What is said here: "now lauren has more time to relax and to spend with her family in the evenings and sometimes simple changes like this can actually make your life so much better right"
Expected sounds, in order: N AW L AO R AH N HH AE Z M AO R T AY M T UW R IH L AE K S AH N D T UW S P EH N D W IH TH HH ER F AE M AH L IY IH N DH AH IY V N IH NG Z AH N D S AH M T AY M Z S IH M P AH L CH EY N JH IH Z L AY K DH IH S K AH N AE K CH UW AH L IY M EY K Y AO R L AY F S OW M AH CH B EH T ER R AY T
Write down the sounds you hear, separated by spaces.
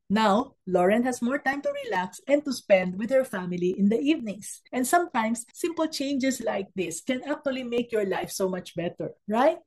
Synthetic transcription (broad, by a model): N AW L AO R AH N HH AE S M AO R T AY M T UW R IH L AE K S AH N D T UW S P EH N D W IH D HH ER F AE M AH L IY IH N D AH IY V N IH NG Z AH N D S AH M T AY M S IH M P AH L CH EY N JH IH S L AY K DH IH S K AH N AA K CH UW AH L IY M EY K Y AO R L AY F S OW M AH CH B EH T ER R AY T